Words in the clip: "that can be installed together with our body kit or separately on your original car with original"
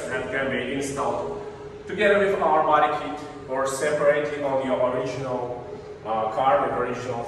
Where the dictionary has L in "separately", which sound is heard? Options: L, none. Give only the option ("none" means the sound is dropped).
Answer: none